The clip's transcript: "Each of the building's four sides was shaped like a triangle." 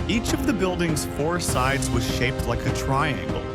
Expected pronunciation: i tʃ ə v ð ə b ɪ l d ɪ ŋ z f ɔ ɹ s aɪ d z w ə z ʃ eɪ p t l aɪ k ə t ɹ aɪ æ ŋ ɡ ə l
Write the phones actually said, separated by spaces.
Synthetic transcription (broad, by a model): i tʃ ə v ð ə b ɪ l d ɪ ŋ z f ɔ ɹ s aɪ d z w ə z ʃ eɪ p t l aɪ k ə t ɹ aɪ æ ŋ ɡ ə l